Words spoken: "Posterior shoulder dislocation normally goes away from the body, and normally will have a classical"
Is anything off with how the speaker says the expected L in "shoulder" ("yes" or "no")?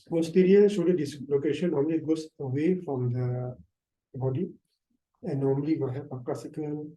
yes